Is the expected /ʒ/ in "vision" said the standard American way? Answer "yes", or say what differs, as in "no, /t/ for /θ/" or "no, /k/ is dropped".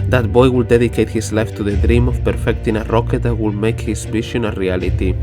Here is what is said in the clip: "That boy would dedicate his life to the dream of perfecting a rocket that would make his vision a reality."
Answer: no, /ʃ/ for /ʒ/